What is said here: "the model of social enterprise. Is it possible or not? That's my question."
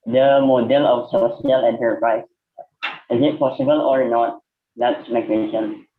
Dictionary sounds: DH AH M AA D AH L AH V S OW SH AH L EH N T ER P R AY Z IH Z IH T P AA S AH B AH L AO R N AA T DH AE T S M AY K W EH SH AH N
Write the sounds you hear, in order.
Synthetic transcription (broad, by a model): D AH M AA D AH L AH F S OW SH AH L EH N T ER P R AY S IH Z IH T P AA S AH B AH L AO R N AA T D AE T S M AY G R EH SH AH N